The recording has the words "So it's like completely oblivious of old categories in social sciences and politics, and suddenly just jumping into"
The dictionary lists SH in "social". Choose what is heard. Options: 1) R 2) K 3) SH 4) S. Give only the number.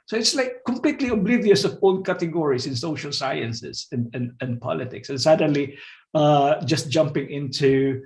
3